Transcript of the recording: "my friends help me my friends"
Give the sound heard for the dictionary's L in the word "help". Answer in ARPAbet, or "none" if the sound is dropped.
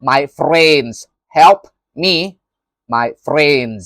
L